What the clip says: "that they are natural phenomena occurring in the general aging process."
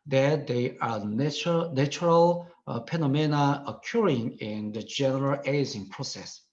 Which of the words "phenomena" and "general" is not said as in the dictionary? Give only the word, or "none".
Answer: phenomena